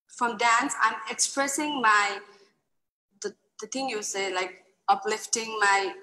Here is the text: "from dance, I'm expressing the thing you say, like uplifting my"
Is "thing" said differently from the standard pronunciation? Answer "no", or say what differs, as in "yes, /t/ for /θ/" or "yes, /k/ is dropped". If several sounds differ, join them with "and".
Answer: yes, /t/ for /θ/